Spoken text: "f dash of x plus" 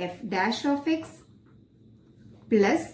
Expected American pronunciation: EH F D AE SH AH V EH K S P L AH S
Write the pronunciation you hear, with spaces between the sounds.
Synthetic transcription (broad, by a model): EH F D AE SH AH F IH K S P L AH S